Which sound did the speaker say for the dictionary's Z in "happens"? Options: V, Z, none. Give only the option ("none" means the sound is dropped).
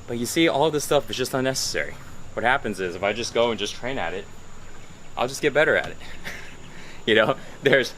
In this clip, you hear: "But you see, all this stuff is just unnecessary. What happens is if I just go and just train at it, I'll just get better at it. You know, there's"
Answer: Z